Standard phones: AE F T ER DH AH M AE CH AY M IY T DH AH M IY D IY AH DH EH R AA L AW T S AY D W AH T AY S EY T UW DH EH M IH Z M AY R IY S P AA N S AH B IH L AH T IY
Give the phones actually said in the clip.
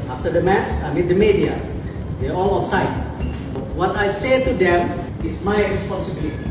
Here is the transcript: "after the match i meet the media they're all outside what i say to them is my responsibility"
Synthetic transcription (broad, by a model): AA F T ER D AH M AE S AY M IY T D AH M IY D IY AH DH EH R AA L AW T S AY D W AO T AY S EY T UW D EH M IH S M AY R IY S P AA N S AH B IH L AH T IY